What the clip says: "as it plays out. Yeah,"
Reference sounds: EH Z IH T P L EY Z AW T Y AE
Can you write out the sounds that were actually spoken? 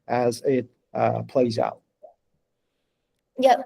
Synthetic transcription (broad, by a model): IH Z IH T P L EY Z AW T Y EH